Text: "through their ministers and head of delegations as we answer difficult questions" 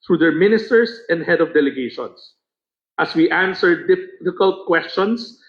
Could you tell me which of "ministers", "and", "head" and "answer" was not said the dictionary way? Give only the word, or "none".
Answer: ministers